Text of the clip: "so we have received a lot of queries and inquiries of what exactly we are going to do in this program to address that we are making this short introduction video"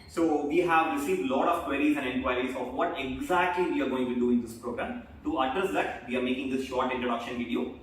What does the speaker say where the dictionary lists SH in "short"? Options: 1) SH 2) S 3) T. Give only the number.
1